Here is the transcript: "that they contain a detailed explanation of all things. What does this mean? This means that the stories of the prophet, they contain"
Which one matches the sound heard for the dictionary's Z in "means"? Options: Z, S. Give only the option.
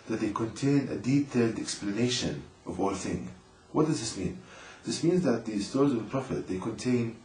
Z